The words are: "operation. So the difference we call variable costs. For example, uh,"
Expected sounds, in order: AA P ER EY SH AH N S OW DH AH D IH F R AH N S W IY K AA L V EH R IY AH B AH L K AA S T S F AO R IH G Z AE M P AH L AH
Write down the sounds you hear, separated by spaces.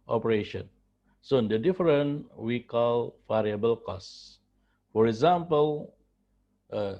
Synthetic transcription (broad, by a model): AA P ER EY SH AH N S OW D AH D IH F R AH N W IY K AA L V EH R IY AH B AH L K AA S S F AO R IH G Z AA M P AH L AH